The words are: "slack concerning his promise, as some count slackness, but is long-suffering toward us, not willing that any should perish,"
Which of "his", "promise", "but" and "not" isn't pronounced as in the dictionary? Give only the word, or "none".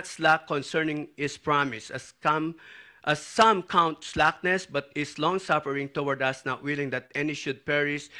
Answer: his